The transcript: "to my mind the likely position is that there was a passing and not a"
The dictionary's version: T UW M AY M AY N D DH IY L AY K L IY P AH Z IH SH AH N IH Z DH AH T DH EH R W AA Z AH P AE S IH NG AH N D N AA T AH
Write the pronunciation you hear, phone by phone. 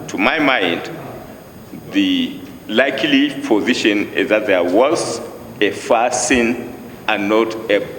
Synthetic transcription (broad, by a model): T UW M AY M AY N D DH IY L AY K L IY P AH Z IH SH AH N IH Z DH AH T DH EH R W AA Z AH F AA S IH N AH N N AA T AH